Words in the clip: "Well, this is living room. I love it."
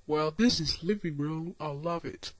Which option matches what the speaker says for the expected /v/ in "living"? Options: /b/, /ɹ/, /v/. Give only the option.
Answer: /v/